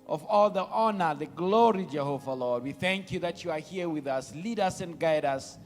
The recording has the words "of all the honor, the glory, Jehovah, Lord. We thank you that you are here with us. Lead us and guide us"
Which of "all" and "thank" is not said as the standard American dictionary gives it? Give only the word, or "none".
none